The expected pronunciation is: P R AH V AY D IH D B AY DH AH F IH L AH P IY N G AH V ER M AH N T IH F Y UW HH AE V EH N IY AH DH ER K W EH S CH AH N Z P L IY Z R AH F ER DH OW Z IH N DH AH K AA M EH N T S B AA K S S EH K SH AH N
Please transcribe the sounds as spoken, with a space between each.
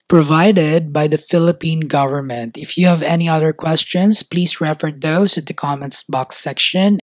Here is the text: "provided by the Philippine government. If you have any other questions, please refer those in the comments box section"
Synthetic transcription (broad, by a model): P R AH V AY D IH D B AY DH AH F IH L AH P IY N G AH V ER M AH N T IH F Y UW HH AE V EH N IY AH DH ER K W EH S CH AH N S P L IY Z R AH F ER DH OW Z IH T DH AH K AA M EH N S B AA K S S EH K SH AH N